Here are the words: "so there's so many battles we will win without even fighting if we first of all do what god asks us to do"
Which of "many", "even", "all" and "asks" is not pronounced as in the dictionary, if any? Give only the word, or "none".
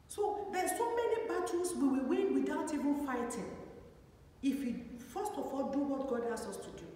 asks